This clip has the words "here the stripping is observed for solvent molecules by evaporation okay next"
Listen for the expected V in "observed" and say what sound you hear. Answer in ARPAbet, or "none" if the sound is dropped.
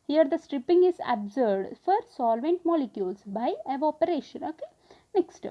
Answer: none